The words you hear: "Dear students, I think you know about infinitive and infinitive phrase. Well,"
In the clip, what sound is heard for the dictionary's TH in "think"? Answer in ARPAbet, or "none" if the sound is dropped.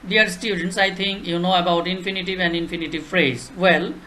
T